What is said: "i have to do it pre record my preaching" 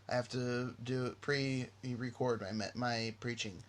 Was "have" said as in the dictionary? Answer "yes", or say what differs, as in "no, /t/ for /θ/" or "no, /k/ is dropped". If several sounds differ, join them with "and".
no, /f/ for /v/